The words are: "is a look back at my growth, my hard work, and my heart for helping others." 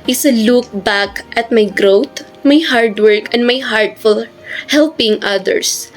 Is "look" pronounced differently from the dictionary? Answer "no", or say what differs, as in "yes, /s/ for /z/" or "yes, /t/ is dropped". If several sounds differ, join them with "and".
no